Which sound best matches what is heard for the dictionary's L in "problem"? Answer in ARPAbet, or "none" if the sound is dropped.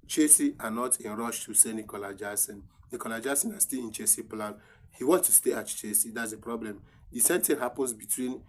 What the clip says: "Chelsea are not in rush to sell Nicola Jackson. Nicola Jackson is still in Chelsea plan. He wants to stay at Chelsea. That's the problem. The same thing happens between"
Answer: L